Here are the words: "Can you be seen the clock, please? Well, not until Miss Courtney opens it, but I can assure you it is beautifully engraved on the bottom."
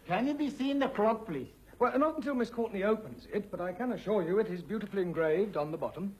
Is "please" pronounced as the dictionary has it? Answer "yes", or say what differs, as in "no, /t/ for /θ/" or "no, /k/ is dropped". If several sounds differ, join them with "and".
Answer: no, /s/ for /z/